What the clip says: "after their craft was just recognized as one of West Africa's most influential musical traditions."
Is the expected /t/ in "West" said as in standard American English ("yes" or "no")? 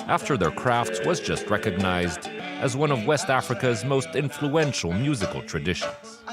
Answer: yes